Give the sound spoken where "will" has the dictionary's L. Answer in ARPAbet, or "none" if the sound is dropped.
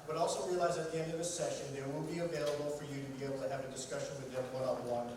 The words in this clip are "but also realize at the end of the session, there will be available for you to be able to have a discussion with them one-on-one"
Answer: N